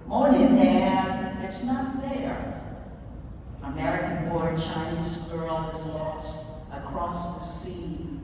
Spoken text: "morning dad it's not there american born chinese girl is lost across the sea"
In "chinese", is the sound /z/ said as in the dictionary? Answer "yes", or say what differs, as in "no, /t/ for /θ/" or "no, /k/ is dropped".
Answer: yes